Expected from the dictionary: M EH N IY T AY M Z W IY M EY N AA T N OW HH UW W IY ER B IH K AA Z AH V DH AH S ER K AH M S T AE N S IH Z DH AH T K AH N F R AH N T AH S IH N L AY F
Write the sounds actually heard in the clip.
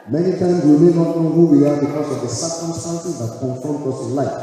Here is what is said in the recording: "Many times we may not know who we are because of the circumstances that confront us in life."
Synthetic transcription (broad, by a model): M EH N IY T AY M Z W IY M EY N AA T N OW HH UW W IY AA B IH K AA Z AH V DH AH S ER K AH M S T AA N S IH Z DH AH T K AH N F AO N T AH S IH N L AY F